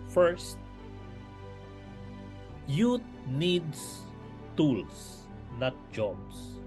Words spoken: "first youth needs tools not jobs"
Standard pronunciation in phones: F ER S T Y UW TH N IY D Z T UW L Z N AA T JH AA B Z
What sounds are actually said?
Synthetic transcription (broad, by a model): F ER S T Y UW T N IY D S T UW L S N AA T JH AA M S